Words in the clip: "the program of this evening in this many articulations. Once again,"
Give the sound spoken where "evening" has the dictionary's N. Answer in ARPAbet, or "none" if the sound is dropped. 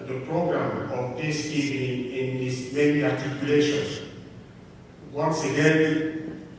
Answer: none